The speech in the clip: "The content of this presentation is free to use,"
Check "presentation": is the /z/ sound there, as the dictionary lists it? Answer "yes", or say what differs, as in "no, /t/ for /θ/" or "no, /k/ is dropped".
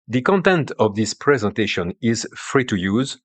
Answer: yes